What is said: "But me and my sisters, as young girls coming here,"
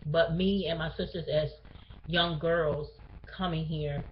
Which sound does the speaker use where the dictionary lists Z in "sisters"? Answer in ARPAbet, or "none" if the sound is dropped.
Z